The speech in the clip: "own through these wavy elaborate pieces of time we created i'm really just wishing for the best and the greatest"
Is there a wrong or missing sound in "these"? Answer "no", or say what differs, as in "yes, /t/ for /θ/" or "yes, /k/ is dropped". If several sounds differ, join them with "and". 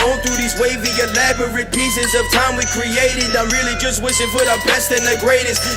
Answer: no